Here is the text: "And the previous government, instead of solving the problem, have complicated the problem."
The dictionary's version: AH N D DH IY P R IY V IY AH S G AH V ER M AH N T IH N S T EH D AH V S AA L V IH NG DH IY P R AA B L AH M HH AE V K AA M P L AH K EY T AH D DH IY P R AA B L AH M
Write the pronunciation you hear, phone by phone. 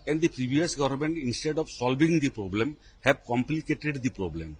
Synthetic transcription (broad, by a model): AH N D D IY P R IY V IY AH S G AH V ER M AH N T IH N S T EH D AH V S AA L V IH NG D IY P R AA B L AH M HH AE B K AA M P L AH K EY T AH D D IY P R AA B L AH M